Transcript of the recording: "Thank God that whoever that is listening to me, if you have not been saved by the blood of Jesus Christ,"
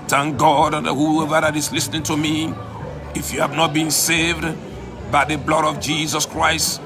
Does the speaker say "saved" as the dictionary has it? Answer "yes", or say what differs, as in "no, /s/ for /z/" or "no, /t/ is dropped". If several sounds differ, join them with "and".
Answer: yes